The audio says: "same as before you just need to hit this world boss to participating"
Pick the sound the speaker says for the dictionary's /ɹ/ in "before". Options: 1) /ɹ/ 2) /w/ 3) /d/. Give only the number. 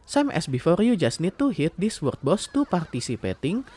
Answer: 1